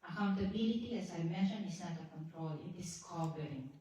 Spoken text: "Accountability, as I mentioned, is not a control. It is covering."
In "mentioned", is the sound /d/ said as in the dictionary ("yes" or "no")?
no